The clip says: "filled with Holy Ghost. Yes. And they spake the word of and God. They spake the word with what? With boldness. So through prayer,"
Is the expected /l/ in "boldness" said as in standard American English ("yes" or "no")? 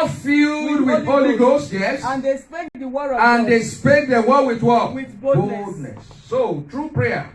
no